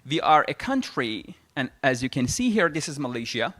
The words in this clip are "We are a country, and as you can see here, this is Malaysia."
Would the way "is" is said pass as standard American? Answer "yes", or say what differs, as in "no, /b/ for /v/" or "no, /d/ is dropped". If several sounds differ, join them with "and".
yes